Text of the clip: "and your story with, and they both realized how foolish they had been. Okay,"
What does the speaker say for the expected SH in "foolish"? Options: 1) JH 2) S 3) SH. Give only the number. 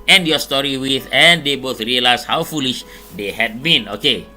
3